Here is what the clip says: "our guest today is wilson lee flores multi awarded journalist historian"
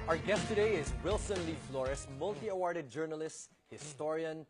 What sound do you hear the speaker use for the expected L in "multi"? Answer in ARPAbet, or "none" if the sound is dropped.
L